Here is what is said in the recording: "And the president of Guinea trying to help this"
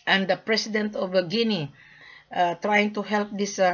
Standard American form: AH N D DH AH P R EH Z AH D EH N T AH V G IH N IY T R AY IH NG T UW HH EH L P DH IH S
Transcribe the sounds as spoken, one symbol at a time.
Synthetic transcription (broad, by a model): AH N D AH P R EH S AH D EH N T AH B G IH N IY T R AY IH NG T UW HH EH L P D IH S